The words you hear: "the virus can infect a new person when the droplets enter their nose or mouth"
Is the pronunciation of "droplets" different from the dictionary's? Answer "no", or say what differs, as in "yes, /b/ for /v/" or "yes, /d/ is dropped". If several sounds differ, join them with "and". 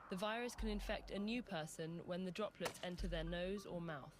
no